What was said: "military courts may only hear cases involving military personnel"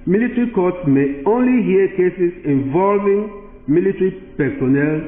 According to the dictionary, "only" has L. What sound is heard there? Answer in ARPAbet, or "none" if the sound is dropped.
L